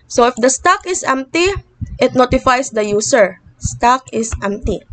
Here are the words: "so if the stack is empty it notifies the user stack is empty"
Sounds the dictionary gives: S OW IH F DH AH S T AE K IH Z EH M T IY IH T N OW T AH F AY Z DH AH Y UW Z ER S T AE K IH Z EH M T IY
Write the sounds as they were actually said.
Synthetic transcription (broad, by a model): S OW IH F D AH S T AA K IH S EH M T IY IH T N OW T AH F AY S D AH Y UW S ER S T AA K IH S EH M T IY